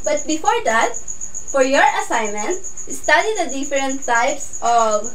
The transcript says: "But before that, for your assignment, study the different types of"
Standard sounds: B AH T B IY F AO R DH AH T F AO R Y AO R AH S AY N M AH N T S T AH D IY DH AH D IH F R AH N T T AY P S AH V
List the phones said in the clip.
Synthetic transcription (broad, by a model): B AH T B IY F AO R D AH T F AO R Y AO R AH S AY N M AH N T S T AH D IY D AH D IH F R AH N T S AY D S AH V